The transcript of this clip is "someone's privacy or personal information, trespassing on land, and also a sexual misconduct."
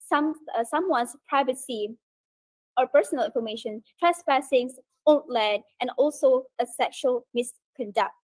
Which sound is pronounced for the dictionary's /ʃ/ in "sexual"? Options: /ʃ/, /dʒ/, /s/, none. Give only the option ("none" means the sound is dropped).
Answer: /ʃ/